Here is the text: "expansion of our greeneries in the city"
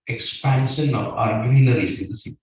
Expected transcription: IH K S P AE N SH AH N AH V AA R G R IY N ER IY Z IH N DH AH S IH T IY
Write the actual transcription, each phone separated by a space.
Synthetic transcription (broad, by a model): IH K S P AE N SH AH N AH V AA R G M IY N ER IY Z IH N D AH S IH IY